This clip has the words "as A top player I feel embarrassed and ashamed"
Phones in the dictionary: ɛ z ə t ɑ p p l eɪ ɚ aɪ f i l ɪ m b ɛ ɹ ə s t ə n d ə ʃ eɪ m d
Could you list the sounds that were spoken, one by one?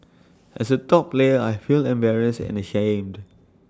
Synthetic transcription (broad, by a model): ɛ s ə t ɑ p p l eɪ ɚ aɪ f i l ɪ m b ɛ ɹ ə s ə n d ə ʃ eɪ m d